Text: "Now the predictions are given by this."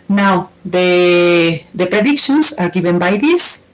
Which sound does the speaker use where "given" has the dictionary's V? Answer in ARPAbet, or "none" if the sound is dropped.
B